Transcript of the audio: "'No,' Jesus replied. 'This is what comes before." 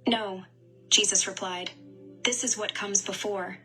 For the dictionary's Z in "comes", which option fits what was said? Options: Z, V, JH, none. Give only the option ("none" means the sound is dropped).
Z